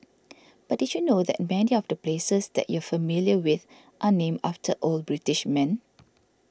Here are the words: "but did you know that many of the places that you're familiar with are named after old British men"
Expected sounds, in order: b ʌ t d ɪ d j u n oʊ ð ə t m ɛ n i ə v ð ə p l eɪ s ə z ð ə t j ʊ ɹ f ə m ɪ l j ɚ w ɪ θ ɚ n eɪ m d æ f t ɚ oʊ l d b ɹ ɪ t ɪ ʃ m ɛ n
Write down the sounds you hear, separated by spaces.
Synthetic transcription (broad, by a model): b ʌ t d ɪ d j u n oʊ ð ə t m ɛ n i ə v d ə p l eɪ s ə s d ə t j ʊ f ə m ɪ l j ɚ w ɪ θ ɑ n eɪ m ɑ f t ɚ oʊ l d b ɹ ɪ t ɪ ʃ m ɛ n